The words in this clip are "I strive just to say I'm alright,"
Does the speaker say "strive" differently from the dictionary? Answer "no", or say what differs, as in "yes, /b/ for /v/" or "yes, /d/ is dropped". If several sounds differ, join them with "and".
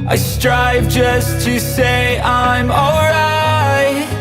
no